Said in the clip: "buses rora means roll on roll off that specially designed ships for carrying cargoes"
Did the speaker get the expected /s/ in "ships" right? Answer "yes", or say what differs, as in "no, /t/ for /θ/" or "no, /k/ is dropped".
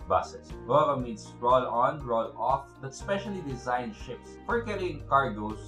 yes